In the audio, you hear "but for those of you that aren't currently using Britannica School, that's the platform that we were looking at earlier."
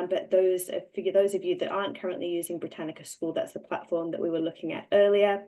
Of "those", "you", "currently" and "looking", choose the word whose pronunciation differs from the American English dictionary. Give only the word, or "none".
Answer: none